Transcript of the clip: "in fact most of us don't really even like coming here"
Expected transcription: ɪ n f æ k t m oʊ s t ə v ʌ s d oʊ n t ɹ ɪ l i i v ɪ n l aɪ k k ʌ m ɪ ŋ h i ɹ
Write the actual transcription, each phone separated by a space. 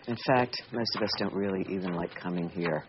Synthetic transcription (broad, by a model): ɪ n f æ k t m oʊ s t ə v ʌ s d oʊ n t ɹ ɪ l i i v ɪ n l aɪ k k ʌ m ɪ ŋ h i ɹ